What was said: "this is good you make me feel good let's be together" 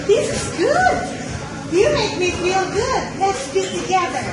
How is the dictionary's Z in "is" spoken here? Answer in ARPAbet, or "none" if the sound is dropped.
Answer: Z